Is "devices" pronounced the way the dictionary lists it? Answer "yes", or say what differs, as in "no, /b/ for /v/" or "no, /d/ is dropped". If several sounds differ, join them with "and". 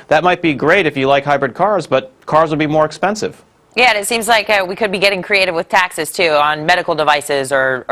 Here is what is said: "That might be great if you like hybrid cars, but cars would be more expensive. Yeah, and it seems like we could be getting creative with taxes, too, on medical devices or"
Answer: yes